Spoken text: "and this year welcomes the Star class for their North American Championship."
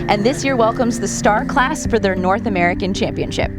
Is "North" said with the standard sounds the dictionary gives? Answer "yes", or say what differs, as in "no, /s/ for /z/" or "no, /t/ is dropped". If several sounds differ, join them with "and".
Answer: yes